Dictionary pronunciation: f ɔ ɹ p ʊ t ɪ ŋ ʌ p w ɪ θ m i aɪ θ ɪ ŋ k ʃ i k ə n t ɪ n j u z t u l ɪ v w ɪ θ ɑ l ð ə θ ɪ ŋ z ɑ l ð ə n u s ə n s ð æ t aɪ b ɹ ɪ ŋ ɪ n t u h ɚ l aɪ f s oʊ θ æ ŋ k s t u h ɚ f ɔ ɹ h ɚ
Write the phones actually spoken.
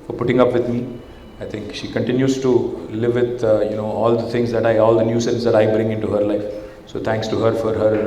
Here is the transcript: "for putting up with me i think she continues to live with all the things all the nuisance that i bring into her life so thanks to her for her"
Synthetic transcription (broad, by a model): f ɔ ɹ p ʊ t ɪ ŋ ʌ p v ɪ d m i aɪ t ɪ ŋ k ʃ i k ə n t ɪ n j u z t u l ɪ v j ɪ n ɑ l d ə t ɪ ŋ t ɑ l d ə n u s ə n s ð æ t aɪ b ɹ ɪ ŋ ɪ n t u h ɚ l aɪ f s oʊ t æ ŋ k s t u h ɚ f ɔ ɹ h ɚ